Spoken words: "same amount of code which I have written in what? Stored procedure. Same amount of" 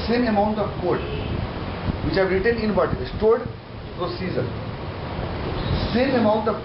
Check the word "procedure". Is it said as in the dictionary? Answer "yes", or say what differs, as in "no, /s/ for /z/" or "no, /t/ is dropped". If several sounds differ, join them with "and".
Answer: no, /z/ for /dʒ/